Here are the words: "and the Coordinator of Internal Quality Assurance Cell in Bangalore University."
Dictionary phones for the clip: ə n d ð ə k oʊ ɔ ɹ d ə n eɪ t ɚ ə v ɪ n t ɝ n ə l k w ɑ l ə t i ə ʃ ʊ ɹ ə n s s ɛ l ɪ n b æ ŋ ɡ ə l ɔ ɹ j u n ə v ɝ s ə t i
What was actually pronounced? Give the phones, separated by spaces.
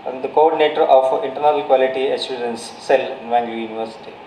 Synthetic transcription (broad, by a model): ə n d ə k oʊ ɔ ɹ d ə n eɪ t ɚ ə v ɪ n t ɝ n ə l k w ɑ l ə t i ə s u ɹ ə n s s ɛ l ɪ n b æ ŋ ɡ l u j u n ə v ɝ s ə t i